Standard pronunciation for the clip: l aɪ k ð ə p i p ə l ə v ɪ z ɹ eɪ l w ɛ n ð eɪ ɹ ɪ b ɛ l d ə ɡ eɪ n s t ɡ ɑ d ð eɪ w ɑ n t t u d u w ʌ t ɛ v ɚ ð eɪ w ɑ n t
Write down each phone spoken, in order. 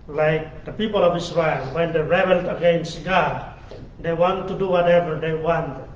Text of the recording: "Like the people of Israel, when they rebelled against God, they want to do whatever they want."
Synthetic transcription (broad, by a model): l aɪ k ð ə p i p ə l ə v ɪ s ɹ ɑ l w ɛ n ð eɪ ɹ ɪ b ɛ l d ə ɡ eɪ n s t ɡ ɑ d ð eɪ w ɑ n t t u d u w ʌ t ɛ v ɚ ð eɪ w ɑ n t